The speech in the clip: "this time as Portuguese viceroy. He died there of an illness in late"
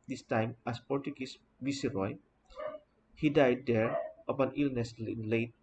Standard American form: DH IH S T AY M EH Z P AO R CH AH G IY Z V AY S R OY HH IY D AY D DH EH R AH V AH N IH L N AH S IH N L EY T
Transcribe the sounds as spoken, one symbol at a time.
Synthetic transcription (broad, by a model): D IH S T AY M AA S P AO R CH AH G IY S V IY S R OY HH IY D AY D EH R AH P AH N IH L N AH S IH N L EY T